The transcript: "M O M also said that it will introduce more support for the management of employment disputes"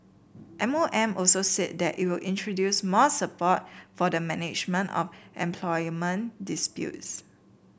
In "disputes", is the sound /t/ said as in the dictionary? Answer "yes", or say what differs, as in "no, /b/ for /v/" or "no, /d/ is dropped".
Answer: yes